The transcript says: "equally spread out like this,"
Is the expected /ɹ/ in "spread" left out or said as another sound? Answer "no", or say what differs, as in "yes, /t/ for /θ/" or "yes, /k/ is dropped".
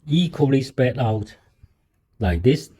yes, /ɹ/ is dropped